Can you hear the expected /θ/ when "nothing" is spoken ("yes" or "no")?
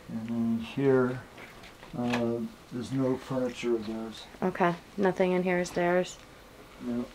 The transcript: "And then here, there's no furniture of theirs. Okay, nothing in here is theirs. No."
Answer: yes